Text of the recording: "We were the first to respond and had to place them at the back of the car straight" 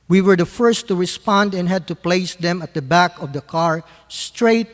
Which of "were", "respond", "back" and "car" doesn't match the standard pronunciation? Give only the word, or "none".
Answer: none